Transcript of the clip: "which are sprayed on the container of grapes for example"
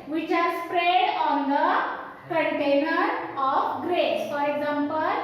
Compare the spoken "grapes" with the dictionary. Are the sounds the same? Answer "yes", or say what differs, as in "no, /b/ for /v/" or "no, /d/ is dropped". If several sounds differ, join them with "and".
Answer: no, /p/ is dropped